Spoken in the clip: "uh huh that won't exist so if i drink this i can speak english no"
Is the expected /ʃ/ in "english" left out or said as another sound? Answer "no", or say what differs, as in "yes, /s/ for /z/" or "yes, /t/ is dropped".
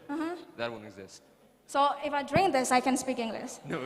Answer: yes, /s/ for /ʃ/